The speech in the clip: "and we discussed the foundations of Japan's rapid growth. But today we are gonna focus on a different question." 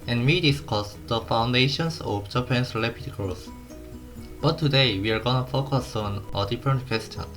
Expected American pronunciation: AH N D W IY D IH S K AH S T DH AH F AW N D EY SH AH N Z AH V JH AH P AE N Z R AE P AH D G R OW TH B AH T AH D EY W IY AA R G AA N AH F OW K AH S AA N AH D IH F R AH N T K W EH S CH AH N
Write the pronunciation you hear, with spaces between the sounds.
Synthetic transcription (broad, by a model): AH N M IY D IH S K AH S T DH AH F AW N D EY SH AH N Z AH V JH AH P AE N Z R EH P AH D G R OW S B AH T AH D EY W IY AA R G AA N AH F OW K AH S AA N AH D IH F R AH N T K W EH S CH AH N